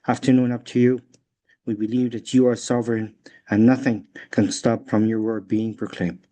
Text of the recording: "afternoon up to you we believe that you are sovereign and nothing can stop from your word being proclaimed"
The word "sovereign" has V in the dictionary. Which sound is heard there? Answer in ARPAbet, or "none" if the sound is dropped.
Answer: V